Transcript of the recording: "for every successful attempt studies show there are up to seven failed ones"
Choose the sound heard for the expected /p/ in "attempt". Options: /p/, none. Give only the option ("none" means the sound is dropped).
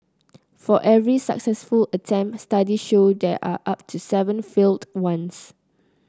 none